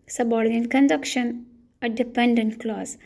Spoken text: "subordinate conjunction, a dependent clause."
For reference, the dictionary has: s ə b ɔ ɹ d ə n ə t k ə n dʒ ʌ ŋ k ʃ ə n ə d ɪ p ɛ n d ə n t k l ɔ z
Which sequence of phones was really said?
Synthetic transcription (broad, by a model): s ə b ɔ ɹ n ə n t k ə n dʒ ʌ k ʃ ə n ə d ɪ p ɛ n d ə n t k l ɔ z